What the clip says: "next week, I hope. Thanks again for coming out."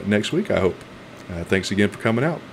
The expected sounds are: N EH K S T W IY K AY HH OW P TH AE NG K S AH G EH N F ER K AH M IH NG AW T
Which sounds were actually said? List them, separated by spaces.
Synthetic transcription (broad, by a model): N EH K S T W IY K AY HH OW P TH AE NG K S AH G EH N F ER K AH M IH NG AW T